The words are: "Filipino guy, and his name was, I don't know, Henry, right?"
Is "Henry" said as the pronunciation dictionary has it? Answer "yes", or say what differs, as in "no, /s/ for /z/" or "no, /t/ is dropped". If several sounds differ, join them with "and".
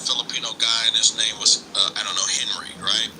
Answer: yes